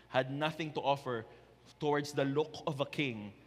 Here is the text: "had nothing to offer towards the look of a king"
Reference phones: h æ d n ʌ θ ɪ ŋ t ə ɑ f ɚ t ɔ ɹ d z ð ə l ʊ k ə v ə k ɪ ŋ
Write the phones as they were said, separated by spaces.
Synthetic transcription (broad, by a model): h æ d n ʌ θ ɪ ŋ t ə ɑ f ɚ t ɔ ɹ d s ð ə l ʊ k ə v ə k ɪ ŋ